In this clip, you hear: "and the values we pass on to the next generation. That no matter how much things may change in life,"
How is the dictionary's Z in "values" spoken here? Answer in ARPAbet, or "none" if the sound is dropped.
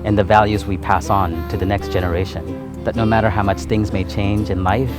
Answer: Z